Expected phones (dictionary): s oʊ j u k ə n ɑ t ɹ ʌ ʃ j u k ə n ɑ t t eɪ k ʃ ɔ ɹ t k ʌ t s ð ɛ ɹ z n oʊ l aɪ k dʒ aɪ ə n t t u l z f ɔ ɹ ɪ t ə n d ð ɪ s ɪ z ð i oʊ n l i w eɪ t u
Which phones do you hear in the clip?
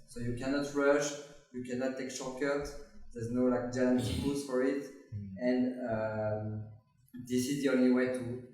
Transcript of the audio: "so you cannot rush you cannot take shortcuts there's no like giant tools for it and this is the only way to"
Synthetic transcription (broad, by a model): s oʊ j u k ə n ɑ t ɹ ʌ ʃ j u k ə n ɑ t t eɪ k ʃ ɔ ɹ k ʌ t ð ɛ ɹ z n oʊ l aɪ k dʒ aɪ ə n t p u z f ɔ ɹ ɪ t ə n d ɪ s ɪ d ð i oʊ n l i w eɪ t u